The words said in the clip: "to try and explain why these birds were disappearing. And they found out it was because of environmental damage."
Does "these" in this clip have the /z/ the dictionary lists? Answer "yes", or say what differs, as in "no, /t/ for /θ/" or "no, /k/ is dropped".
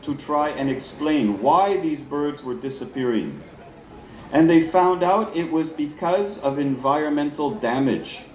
yes